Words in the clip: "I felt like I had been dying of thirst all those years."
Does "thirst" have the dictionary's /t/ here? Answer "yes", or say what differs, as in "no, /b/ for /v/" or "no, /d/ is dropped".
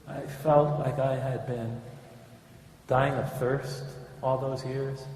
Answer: yes